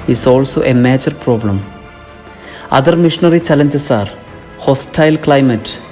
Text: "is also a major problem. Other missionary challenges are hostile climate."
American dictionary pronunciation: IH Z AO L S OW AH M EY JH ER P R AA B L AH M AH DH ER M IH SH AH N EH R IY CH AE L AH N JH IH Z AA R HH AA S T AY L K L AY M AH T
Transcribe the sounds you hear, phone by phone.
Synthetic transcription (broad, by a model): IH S AO L S OW AH M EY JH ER P R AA B L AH M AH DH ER M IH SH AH N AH R IY CH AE L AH N JH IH S AA R HH AA S T AY L K L AY M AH T